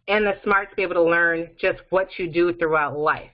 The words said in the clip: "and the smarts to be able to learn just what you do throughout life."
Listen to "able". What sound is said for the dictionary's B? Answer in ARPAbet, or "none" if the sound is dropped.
none